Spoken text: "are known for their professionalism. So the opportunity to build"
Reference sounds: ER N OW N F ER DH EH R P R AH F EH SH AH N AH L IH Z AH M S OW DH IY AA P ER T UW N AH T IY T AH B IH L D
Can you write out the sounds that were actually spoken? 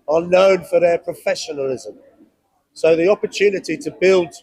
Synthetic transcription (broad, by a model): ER N OW N F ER DH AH P R AH F EH SH AH N AH L IH Z AH M S OW DH IY AA P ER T UW N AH T IY T AH B IH L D